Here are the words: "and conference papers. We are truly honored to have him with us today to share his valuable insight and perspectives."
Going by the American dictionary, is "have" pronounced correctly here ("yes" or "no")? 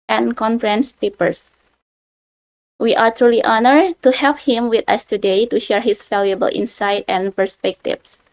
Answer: no